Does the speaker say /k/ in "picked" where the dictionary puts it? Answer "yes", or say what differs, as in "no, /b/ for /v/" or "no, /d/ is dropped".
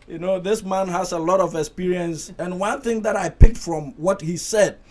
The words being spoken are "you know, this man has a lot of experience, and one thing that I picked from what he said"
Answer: yes